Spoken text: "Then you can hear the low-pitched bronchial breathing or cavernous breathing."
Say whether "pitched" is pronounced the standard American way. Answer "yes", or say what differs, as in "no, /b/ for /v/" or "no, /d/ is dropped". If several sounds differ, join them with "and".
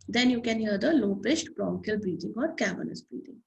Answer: no, /s/ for /tʃ/